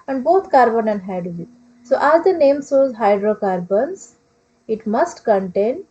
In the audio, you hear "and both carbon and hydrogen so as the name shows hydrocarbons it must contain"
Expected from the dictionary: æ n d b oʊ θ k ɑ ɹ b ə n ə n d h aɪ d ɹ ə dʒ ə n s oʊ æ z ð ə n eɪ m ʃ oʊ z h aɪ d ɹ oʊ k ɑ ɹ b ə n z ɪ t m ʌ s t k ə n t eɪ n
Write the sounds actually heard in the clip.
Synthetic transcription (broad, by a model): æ n d b oʊ t k ɑ ɹ b ə n ə n d h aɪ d ə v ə s oʊ æ z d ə n eɪ m s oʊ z h aɪ d ɹ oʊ k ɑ ɹ b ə n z ɪ t m ʌ s t k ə n t eɪ n